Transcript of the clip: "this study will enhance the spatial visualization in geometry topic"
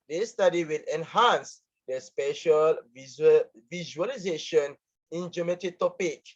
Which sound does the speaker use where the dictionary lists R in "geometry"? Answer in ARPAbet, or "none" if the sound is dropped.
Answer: none